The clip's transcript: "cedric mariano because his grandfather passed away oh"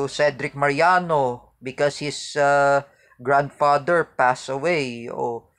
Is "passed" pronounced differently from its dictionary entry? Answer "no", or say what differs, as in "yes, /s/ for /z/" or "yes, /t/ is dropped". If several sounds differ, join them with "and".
yes, /t/ is dropped